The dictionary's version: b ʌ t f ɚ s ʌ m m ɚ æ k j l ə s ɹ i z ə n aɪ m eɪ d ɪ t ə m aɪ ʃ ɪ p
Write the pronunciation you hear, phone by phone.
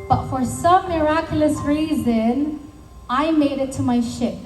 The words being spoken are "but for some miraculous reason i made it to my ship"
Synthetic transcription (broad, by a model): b ʌ t f ɚ s ʌ m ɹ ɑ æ k j l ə s ɹ i z ə n aɪ m eɪ d ɪ t ə m aɪ ʃ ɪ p